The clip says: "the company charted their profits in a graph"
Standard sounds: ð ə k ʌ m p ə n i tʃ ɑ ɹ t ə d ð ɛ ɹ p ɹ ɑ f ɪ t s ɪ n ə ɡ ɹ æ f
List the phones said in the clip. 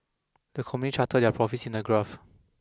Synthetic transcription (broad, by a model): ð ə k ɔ m ə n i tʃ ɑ t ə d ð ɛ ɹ p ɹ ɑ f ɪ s ɪ n ə ɡ ɹ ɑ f